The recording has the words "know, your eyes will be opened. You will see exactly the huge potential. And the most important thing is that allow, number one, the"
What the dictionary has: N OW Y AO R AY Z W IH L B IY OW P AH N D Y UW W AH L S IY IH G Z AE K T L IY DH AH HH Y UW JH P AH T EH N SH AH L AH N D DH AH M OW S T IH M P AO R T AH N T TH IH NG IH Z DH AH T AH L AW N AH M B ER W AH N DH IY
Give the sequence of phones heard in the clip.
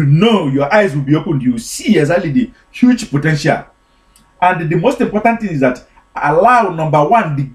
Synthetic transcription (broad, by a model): N OW Y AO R AY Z W IH L B IY OW P AH N D Y UW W S IY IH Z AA T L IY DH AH HH Y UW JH P AH T EH N SH AH L AH N D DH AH M OW S T IH M P AO R T AH N T TH IH NG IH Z DH AH T AH L AW N AH M B ER W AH N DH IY